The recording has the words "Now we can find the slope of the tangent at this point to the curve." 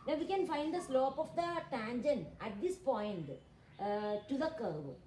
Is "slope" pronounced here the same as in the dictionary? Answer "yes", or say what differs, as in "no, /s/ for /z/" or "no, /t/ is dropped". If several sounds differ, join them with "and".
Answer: yes